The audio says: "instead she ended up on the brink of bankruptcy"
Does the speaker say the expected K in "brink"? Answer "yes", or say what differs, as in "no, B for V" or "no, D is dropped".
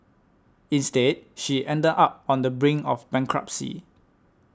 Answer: no, K is dropped